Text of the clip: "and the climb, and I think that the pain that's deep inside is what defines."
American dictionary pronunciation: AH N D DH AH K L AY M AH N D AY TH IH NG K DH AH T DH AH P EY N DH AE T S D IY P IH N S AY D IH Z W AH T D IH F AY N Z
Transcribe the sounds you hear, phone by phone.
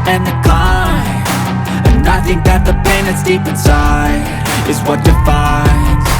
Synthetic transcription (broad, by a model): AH N DH AH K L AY AH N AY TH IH NG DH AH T DH AH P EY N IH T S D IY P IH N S AY IH Z W AH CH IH F AY N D